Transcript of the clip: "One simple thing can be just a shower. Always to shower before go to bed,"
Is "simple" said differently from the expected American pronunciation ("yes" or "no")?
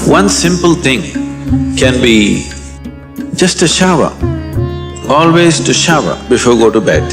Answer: no